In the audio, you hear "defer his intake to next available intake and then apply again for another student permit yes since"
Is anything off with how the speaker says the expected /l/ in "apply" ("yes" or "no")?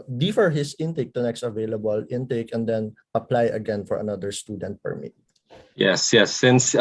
no